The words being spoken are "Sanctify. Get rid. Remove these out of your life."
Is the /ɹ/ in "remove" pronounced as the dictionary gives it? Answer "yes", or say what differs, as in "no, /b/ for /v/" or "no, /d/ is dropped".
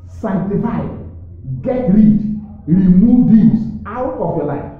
yes